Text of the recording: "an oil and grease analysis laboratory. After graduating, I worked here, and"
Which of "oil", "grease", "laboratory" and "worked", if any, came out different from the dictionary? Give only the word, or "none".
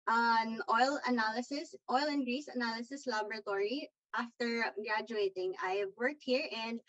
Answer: none